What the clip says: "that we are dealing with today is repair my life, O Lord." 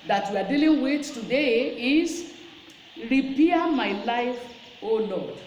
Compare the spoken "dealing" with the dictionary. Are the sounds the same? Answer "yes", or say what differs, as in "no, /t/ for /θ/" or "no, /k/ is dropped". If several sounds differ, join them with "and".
yes